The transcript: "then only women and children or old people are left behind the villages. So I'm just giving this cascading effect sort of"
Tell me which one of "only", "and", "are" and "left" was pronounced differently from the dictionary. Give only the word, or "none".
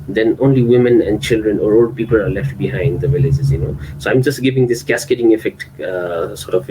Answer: none